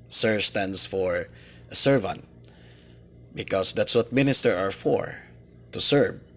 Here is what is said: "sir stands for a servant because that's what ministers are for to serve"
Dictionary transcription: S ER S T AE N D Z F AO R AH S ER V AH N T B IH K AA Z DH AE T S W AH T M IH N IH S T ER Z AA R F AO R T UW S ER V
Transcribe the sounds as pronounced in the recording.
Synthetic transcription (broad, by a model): S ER S T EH N D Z F AO R AH S ER V AH N T B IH K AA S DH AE T S W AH T M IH N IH S T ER AA R F AO R T UW S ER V